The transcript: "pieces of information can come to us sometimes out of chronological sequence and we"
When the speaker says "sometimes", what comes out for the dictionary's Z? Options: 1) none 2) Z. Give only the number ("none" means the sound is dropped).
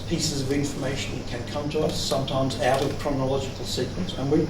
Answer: 2